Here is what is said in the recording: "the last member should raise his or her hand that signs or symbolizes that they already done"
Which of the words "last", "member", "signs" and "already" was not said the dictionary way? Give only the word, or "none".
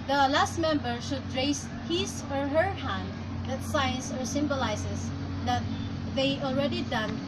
signs